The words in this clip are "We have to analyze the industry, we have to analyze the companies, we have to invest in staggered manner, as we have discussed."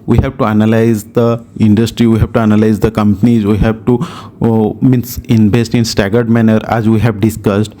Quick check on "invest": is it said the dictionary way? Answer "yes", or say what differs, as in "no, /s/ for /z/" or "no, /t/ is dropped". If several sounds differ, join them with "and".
no, /b/ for /v/